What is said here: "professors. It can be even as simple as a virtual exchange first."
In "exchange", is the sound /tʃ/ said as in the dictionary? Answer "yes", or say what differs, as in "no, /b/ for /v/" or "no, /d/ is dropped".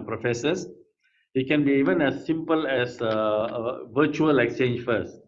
yes